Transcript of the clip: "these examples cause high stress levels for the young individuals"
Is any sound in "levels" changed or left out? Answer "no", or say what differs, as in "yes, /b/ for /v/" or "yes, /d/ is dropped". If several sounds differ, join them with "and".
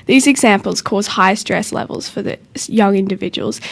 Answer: no